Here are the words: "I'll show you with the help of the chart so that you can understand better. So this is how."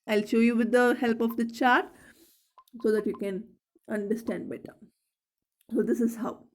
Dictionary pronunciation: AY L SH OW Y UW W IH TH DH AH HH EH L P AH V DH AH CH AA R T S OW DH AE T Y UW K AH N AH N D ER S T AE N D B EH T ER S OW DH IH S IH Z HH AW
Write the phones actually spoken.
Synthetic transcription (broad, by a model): AY L SH OW Y UW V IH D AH HH EH L P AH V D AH CH AA R T S OW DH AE T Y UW K AH N AH N D ER S T AE N D B EH T ER S OW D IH S IH Z HH AW